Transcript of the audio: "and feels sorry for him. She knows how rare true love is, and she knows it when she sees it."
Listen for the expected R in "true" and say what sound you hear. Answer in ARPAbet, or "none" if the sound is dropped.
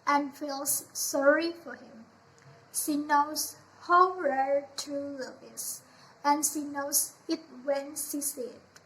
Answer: none